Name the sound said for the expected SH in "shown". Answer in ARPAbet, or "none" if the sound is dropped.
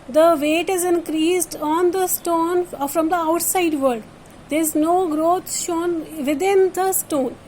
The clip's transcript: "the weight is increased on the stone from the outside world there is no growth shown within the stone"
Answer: SH